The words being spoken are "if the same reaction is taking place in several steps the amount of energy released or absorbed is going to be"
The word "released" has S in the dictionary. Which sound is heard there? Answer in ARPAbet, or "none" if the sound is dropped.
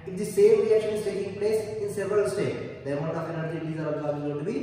none